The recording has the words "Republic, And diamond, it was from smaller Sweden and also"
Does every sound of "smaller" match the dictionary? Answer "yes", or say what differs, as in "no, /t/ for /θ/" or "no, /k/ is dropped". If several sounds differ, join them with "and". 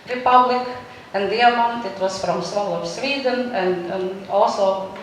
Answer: no, /m/ is dropped